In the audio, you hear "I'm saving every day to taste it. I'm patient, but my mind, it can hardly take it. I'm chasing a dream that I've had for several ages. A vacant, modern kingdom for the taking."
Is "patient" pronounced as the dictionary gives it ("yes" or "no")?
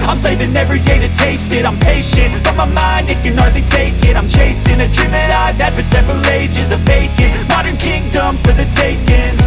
yes